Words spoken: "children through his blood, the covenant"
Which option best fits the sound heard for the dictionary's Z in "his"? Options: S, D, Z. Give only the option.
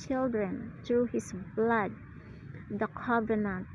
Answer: S